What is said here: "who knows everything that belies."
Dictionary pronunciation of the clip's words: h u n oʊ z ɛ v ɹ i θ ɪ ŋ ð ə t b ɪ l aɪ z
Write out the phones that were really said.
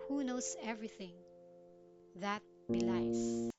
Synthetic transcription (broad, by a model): h u n oʊ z ɛ v ɹ i θ ɪ ŋ ð ə t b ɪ l aɪ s